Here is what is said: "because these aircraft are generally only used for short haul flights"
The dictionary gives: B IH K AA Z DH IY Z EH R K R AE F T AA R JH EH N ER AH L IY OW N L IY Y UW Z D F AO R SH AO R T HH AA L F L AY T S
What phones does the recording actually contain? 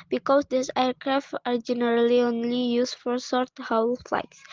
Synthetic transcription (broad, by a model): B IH K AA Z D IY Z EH R K R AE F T AA R JH EH N ER AH L IY OW N L IY Y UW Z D F AO R S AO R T HH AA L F L AY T S